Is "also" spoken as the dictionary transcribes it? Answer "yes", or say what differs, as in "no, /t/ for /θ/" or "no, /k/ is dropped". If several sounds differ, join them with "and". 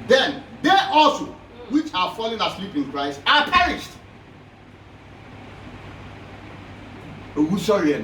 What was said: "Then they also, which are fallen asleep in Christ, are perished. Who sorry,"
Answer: yes